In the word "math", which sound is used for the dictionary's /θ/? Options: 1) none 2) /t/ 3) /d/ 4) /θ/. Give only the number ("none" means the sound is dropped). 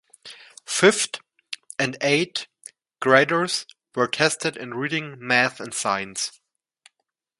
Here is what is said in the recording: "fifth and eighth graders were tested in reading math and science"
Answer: 4